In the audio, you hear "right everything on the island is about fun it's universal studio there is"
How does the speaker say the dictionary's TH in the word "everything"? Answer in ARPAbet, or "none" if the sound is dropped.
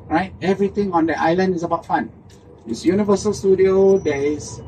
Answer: T